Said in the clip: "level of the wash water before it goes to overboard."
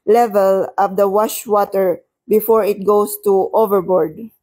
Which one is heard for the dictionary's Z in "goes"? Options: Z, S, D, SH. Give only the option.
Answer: S